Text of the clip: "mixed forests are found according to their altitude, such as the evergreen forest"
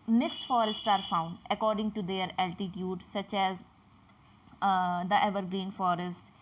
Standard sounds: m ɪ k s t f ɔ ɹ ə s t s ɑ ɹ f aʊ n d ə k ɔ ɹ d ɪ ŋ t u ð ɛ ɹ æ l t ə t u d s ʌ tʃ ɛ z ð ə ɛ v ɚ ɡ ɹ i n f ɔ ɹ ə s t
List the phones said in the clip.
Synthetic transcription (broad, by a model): m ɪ k s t f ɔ ɹ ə s t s ɑ ɹ f aʊ n d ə k ɔ ɹ d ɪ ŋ t u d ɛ ɹ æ l t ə t u d s ʌ tʃ ɛ z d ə ɛ v ɚ ɡ ɹ i n f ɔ ɹ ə s t